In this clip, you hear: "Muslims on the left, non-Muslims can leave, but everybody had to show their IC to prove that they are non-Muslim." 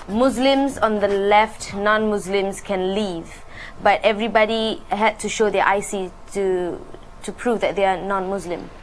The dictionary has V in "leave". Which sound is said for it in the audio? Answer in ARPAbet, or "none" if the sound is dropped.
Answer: V